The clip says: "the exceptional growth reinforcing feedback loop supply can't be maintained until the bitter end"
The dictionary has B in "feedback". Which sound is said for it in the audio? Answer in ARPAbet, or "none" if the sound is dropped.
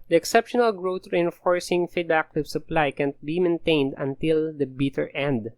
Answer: none